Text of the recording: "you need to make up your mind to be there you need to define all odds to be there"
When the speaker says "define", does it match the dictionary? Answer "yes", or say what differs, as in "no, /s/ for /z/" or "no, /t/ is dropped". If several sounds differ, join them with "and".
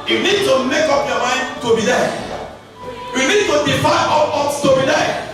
no, /n/ is dropped